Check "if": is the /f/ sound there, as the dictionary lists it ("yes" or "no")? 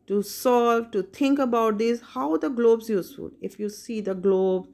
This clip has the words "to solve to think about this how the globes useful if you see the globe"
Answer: yes